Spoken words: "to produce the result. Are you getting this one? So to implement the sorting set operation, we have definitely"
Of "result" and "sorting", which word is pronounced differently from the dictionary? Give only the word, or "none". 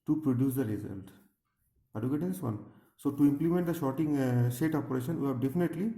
sorting